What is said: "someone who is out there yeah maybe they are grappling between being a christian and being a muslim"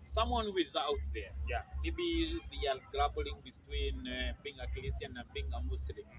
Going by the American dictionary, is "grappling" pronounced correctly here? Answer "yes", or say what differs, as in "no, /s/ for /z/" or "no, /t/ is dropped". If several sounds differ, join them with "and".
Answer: no, /b/ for /p/